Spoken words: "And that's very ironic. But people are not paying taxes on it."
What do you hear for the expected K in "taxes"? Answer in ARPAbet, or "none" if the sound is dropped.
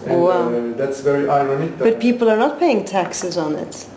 K